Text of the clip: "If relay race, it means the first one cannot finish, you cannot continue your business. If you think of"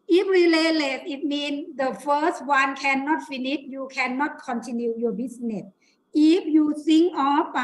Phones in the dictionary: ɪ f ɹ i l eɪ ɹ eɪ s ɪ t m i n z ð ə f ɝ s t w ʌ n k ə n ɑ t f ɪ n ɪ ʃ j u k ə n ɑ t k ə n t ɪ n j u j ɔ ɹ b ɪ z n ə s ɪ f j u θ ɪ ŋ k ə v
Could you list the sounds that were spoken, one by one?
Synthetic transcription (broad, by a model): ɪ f ɹ i l eɪ l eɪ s ɪ t m i n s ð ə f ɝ s t w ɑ n k ə n ɑ t f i n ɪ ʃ j u k ə n ɑ t k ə n t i n j u j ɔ b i s n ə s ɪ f j u s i ŋ ə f